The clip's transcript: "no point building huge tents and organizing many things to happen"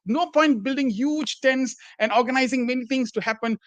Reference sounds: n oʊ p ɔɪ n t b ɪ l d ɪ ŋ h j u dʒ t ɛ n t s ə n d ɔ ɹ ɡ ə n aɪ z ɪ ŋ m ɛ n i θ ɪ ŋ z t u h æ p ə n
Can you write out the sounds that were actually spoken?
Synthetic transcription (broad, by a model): n oʊ p ɔɪ n t b ɪ l d ɪ ŋ h j u dʒ t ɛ n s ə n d ɔ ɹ ɡ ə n aɪ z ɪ ŋ m ɛ n i t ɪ ŋ s t u h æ p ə n